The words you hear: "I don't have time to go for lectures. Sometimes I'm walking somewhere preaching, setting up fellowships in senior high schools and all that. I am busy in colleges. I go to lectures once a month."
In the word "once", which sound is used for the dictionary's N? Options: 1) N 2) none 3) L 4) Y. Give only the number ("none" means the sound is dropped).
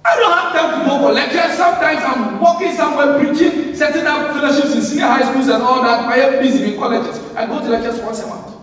2